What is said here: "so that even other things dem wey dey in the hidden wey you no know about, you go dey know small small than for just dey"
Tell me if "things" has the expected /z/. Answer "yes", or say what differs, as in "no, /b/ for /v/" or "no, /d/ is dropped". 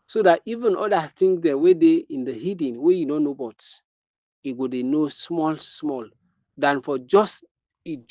no, /z/ is dropped